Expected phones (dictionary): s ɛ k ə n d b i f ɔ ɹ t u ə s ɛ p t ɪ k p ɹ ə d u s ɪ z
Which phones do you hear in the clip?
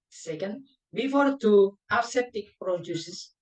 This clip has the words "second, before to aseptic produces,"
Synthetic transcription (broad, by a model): s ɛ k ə n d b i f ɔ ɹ t u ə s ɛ t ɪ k p ɹ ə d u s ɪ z